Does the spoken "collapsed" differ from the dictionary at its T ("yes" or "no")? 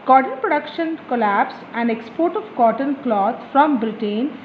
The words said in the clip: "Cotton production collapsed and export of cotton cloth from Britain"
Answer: yes